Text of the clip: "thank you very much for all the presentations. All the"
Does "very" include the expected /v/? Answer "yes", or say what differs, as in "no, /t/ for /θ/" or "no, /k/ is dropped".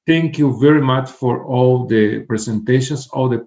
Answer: yes